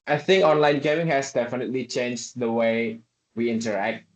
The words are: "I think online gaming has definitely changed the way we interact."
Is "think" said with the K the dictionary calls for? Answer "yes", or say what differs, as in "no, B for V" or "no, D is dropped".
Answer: yes